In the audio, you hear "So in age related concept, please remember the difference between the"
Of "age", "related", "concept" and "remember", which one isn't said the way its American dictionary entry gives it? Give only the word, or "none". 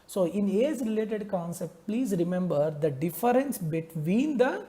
age